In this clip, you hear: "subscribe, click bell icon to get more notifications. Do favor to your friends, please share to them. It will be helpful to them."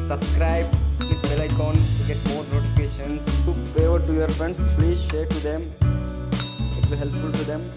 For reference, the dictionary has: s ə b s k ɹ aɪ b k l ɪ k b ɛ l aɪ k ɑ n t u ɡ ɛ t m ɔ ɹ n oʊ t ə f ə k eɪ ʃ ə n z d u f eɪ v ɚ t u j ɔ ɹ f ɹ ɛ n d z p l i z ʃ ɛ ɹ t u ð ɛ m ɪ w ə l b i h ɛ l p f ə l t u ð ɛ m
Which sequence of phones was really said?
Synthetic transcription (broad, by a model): s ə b s k ɹ aɪ b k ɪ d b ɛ l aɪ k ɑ n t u ɡ ɛ t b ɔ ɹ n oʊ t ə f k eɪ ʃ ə n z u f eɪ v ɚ t u j ɔ ɹ f ɹ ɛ n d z p l i z ʃ ɛ ɹ t u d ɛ m ɪ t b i h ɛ l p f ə l t u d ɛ m